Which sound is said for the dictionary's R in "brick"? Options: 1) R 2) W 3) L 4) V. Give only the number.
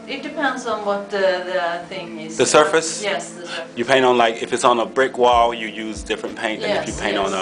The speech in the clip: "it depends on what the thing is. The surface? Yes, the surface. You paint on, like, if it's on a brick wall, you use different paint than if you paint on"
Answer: 1